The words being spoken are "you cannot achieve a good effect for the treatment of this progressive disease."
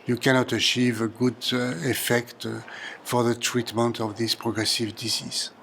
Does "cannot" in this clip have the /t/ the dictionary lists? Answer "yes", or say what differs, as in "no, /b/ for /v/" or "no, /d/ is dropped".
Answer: yes